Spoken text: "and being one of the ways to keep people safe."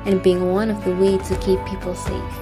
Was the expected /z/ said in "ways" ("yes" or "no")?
no